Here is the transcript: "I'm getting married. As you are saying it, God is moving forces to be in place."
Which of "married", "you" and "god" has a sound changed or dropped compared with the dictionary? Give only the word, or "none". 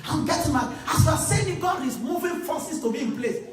married